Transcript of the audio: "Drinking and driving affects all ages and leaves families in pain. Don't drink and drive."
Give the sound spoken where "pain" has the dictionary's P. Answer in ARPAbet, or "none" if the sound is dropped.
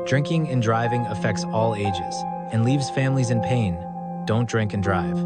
P